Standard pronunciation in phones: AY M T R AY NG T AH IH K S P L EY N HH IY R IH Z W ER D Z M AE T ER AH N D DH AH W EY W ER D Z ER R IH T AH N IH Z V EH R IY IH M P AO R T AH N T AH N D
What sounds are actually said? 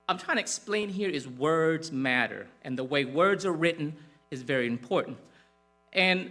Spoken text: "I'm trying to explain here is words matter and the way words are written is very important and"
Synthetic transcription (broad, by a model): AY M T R AY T IH K S P L EY N HH IY R IH Z W ER D Z M AE T ER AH N DH AH W EY W ER D Z ER R IH T N IH Z V EH R IY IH M P AO R T N T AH N